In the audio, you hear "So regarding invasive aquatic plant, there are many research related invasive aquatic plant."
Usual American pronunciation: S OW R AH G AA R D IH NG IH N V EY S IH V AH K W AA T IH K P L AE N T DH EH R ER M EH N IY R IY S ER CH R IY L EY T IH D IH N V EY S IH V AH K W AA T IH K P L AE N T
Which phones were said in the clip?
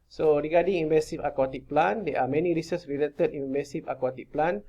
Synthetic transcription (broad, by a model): S OW R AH G AA D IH NG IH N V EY S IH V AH K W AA T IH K P L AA N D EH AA M EH N IY R IY S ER S R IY L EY T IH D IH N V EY S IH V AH K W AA T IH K P L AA N